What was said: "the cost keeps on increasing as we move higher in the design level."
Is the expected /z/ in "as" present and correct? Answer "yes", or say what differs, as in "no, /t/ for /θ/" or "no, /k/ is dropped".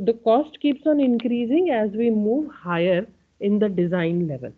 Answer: yes